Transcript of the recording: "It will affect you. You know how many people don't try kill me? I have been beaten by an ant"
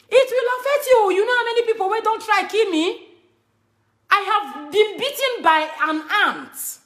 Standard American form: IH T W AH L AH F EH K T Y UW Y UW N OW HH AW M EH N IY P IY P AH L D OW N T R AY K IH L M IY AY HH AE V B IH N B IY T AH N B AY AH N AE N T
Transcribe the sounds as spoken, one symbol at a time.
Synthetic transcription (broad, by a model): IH T W AH L AH F EH K T Y UW Y UW N OW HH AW M EH N IY P IY P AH N D OW N T R AY K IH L M IY AY HH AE V B IH N B IY T AH N B AY AH N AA N T